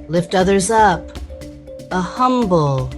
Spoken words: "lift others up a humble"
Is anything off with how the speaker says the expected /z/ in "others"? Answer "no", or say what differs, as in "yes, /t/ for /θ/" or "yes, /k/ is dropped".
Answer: no